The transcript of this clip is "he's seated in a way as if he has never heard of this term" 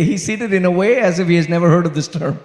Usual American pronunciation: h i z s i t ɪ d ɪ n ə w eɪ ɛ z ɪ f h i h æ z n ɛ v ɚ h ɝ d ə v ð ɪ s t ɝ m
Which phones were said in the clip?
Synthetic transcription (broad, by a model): h i s i t ɪ d ɪ n ə w eɪ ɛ z ɪ f h i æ z n ɛ v ɚ h ɝ d ə v ð ɪ s t ɝ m